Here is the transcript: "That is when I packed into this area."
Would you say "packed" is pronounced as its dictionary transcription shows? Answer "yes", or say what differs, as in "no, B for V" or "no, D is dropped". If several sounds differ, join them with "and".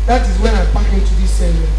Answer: no, T is dropped